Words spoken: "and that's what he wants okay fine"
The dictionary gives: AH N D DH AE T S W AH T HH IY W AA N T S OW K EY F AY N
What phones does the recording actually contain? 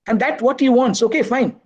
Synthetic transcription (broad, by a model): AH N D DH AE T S W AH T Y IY W AA N T S OW K EY F AY N